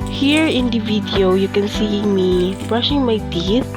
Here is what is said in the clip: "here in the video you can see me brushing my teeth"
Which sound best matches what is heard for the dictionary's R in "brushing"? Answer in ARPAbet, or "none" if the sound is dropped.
R